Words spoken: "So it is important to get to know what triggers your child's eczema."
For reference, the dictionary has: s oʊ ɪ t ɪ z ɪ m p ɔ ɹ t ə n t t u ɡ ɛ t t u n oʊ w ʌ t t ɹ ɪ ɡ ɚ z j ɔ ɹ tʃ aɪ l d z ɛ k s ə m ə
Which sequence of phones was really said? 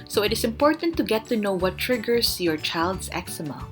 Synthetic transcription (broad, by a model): s oʊ ɪ t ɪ s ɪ m p ɔ ɹ t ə n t t u ɡ ɛ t t u n oʊ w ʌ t t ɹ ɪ ɡ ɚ s j ɔ ɹ tʃ aɪ l d s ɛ k s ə m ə